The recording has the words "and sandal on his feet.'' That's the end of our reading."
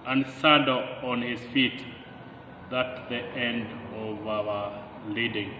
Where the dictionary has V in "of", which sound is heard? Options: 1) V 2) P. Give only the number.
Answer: 1